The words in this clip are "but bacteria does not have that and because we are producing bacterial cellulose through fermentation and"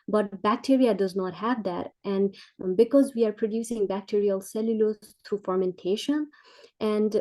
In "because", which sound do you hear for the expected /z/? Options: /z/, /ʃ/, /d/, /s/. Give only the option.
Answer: /z/